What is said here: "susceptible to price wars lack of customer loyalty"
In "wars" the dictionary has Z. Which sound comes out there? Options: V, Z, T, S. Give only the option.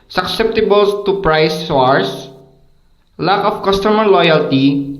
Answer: S